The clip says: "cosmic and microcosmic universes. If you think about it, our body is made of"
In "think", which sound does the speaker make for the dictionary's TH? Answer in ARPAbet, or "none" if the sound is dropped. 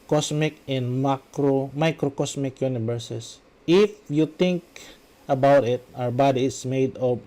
T